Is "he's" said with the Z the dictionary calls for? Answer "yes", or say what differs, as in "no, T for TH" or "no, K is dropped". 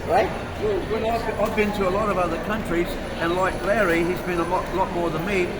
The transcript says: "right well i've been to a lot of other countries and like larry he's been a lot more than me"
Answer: yes